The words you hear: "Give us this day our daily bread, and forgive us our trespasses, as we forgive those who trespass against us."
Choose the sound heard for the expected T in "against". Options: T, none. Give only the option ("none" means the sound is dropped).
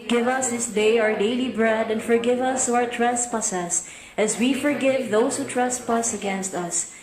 T